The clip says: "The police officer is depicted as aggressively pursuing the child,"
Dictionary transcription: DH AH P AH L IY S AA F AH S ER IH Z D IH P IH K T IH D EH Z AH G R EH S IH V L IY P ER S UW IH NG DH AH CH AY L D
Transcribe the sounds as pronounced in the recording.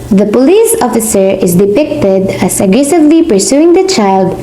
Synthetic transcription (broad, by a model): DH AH P AH L IY S AA F AH S ER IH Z D IH P IH K T IH D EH S AH G R EH S IH V L IY P ER S UW IH NG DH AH CH AY L D